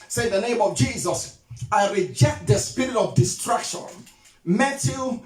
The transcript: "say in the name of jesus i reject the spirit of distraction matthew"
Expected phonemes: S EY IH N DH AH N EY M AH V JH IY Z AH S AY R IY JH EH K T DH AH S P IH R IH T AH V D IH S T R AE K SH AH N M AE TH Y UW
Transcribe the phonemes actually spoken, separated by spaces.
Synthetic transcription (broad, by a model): S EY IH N DH AH N EY M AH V JH IY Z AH S AY R IY JH EH K T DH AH S P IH R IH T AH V D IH S T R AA K SH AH N M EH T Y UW